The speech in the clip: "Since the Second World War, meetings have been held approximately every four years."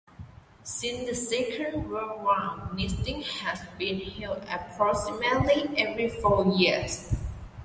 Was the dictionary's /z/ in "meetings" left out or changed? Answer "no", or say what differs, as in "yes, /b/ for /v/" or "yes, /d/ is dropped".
yes, /z/ is dropped